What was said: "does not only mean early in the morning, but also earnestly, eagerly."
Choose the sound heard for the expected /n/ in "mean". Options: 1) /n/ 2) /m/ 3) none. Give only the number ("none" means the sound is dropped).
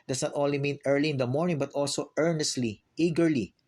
1